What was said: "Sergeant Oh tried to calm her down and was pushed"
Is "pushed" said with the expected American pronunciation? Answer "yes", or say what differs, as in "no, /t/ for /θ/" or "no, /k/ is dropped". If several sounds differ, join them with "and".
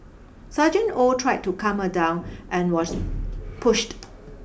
yes